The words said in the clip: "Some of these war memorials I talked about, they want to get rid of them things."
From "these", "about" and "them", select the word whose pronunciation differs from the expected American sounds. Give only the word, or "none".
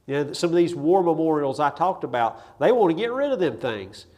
none